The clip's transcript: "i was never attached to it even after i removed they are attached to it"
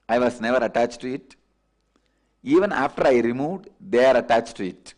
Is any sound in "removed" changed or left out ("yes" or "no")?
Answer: no